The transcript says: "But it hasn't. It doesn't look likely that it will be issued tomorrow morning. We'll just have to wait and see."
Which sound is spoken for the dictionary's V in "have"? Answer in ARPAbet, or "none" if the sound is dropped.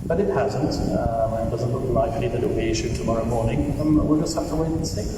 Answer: F